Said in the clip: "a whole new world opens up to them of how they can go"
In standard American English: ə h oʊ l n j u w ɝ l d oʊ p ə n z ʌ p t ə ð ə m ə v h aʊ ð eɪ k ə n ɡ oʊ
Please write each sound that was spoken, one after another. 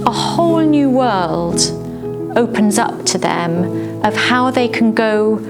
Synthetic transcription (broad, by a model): ə h oʊ l n j u w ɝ l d oʊ p ə n z ʌ p t ə ð ə m ə v h aʊ ð eɪ k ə n ɡ oʊ